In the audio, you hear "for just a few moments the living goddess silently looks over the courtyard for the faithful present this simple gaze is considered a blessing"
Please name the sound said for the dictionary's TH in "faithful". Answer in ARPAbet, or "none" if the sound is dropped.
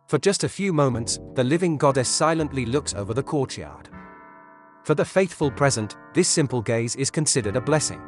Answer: TH